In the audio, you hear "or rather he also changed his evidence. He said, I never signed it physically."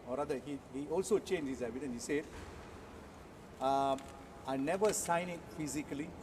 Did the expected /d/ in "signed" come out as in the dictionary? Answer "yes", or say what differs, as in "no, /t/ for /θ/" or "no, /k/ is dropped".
no, /d/ is dropped